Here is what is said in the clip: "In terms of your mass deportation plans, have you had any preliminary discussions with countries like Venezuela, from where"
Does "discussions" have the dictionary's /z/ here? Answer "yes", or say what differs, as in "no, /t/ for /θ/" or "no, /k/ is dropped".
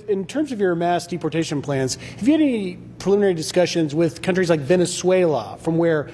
yes